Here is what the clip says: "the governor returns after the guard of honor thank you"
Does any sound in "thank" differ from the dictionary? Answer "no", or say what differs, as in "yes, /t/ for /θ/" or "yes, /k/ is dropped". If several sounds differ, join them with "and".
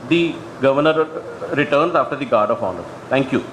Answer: yes, /t/ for /θ/